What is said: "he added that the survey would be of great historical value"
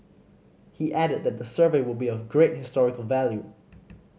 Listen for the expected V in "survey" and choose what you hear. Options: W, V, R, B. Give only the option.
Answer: V